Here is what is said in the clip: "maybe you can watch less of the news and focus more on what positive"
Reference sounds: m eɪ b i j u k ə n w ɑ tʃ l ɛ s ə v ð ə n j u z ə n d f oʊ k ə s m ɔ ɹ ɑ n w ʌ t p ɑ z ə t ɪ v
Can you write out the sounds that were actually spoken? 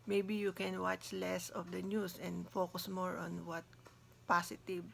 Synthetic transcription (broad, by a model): m eɪ b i j u k ə n w ɑ tʃ l ɛ s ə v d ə n j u s ə n d f oʊ k ə s m ɔ ɹ ɑ n w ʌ t p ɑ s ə t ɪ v